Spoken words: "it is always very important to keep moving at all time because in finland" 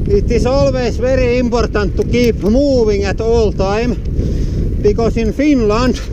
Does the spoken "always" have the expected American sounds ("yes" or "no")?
no